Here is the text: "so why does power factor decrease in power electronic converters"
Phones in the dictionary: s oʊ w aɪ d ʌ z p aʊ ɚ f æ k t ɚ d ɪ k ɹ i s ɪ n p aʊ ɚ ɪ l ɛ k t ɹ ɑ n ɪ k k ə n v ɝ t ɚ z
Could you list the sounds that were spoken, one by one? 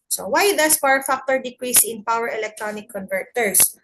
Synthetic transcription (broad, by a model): s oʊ w aɪ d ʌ s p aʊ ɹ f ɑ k t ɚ d ɪ k ɹ i s ɪ n p aʊ ɚ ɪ l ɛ k t ɹ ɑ n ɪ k k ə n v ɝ t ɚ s